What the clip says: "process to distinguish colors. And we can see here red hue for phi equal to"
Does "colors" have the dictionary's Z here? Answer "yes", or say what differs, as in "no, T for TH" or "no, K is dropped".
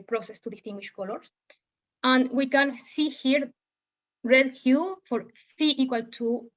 no, S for Z